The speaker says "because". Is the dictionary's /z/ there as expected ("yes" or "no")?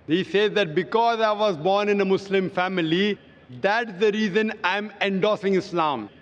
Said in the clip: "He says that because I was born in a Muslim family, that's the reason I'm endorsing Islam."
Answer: yes